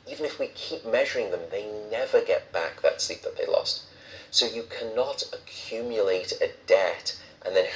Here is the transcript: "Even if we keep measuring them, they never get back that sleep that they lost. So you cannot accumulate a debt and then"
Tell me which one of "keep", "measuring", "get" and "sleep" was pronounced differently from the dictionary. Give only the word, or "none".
none